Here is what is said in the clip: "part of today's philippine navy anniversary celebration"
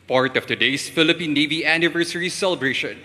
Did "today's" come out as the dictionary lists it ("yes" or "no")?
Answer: no